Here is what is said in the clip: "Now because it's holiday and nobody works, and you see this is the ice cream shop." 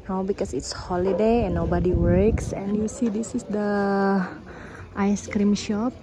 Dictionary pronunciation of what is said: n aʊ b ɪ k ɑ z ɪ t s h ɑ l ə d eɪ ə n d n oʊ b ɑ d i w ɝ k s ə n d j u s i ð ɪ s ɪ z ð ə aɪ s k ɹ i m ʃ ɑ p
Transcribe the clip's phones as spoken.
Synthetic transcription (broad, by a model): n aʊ b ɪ k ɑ s ɪ t s h ɑ l ə d eɪ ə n n oʊ b ɑ d i w ɝ k s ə n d j u s i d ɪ s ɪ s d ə aɪ s k ɹ i m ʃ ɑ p